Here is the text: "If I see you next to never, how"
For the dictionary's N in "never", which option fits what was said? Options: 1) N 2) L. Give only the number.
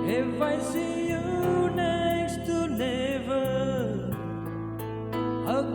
2